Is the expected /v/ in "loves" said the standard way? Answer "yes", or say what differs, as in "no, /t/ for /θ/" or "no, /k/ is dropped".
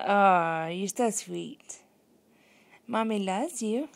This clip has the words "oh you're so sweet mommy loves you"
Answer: no, /v/ is dropped